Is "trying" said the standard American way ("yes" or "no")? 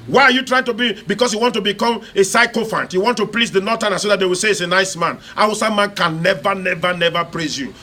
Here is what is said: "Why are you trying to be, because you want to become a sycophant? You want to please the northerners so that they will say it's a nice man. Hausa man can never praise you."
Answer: yes